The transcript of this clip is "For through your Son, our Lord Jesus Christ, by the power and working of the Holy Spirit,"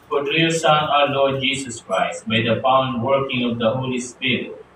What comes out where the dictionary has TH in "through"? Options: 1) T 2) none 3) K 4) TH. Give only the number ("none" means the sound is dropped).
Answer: 1